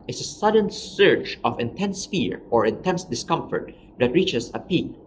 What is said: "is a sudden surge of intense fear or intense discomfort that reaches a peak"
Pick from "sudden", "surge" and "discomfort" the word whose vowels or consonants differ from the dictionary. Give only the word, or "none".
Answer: surge